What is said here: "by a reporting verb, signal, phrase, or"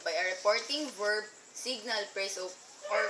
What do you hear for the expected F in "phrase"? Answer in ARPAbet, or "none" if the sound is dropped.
P